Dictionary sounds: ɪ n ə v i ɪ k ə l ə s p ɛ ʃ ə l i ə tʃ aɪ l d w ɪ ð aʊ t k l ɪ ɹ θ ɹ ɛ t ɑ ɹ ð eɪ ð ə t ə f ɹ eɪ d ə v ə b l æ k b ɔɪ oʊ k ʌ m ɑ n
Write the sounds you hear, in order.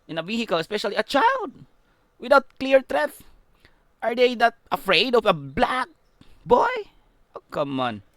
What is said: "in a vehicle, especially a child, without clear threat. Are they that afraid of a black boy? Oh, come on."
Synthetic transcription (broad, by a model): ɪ n ə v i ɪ k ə l ə s p ɛ ʃ ə l i ə tʃ aɪ l d w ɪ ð aʊ t k l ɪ ɹ t ɹ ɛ t ɑ ɹ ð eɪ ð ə t ə f ɹ eɪ d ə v ə b l æ k b ɔɪ oʊ k ʌ m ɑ n